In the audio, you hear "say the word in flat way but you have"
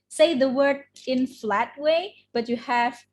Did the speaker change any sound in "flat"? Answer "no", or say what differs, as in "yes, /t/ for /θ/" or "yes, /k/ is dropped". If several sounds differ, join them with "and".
no